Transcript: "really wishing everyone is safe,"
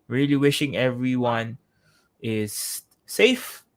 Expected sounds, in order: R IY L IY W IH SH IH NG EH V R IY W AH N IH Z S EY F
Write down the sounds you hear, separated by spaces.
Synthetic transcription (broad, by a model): R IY L IY W IH SH IH NG EH V R IY W AH N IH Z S EY F